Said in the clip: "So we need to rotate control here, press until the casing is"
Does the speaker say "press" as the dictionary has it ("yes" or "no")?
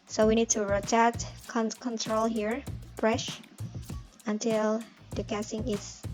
no